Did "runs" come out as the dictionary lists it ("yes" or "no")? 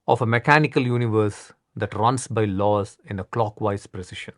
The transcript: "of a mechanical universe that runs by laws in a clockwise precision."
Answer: no